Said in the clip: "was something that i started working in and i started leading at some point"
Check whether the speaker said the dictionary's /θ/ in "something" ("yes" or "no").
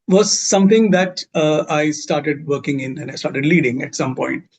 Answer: no